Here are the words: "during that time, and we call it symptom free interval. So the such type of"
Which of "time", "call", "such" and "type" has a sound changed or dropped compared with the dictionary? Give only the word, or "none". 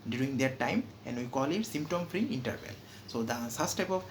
such